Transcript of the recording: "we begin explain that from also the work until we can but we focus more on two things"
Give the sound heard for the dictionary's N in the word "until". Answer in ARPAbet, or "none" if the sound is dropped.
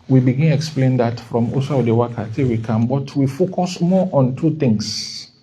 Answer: none